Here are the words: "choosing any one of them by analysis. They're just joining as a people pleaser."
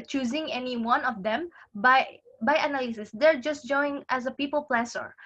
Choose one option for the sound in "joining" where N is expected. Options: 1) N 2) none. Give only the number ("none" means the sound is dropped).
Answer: 2